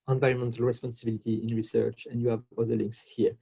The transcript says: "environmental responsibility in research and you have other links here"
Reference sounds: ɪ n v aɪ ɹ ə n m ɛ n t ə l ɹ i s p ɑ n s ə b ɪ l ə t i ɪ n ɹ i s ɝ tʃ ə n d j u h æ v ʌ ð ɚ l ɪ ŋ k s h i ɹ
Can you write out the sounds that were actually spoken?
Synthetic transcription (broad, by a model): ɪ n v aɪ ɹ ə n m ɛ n t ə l ɹ i s p ɑ n s ə b ɪ l ə t i ɪ n ɹ i s ɝ tʃ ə n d j u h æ v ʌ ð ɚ l ɪ ŋ k s h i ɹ